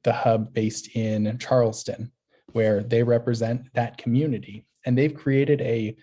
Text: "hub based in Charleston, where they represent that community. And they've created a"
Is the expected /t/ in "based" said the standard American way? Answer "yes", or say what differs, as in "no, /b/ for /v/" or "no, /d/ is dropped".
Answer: yes